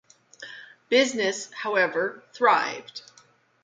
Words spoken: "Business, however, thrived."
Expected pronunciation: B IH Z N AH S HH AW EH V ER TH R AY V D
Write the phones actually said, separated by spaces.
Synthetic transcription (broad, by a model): B IH Z N AH S HH AW EH V ER TH R AY V D